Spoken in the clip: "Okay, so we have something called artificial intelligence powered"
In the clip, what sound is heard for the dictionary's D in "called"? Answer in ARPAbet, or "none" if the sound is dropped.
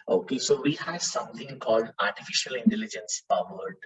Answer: D